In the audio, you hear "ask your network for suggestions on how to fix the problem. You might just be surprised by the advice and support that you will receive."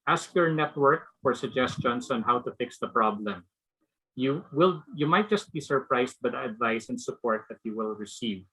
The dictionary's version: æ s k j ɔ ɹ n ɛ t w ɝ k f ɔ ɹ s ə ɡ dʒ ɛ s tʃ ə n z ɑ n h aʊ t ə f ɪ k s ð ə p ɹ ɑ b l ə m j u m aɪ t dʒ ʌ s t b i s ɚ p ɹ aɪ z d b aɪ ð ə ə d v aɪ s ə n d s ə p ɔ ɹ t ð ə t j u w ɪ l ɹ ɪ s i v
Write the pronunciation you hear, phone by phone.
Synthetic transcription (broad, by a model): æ s k j ɔ ɹ n ɛ t w ɝ k f ɔ ɹ s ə ɡ dʒ ɛ s tʃ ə n s ɑ n h aʊ t ə f ɪ k s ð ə p ɹ ɑ b l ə m j u m aɪ t dʒ ʌ s t b i s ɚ p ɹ aɪ s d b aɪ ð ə ə d v aɪ s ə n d s ə p ɔ ɹ t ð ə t j u w ɪ l ɹ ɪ s i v